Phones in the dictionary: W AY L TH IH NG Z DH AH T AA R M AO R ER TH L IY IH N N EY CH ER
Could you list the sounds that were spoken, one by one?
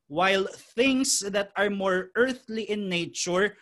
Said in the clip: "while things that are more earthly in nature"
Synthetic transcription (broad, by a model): W AY L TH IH NG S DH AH T AA R M AO R ER TH L IY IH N N EY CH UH